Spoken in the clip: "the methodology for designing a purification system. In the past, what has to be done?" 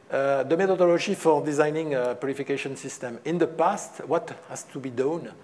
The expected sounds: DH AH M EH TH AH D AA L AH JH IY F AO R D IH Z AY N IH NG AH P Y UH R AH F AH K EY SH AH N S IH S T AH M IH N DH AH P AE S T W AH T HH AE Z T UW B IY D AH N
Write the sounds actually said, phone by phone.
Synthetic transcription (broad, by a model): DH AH M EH T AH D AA L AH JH IY F AO R D IH Z AY N IH NG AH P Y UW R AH F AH K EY SH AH N S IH S T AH M IH N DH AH P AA S T W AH T HH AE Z T UW B IY D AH N